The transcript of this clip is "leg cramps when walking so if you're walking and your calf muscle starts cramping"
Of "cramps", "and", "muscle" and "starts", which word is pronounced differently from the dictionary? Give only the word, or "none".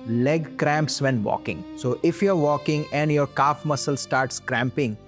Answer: none